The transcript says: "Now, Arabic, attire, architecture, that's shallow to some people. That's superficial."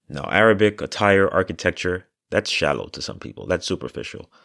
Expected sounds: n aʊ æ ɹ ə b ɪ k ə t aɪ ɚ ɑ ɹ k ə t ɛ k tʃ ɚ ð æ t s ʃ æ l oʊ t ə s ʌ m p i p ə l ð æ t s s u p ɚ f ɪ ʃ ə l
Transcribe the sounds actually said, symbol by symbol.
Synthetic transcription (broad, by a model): n aʊ æ ɹ ə b ɪ k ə t aɪ ɚ ɑ ɹ k ə t ɛ k tʃ ɚ ð æ t s ʃ æ l oʊ t ə s ʌ m p i p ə l ð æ t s s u p ɚ f ɪ ʃ l